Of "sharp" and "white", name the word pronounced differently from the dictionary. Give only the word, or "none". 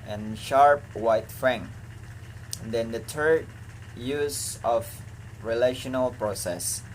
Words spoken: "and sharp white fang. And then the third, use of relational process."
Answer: none